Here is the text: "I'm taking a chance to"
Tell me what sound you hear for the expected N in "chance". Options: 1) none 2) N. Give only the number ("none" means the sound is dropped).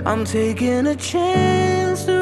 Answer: 2